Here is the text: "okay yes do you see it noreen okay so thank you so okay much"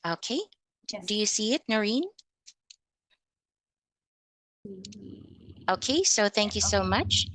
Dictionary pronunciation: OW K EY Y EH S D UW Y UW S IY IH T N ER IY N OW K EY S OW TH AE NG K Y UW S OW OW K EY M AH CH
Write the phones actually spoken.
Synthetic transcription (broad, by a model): OW K EY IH D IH Y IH S IY IH T N ER IY N OW K EY S OW TH AE NG K Y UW S OW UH M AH CH